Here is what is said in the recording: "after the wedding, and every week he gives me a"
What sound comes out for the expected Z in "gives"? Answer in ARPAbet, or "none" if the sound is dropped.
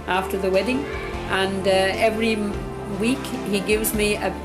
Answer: Z